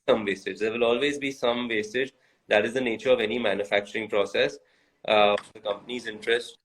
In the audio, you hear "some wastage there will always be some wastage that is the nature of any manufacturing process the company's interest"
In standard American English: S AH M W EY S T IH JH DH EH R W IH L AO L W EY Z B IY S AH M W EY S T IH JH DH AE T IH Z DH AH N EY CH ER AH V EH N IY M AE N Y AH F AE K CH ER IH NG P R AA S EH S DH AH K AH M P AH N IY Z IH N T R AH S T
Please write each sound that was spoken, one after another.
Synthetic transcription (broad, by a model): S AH M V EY S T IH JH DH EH R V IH L AO L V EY Z B IY S AH M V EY S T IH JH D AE T IH Z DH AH N EY CH ER AH V EH N IY M AE N Y AH F AE K CH ER IH NG P R AA S EH S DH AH K AH M P AH N IY Z IH N T R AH S T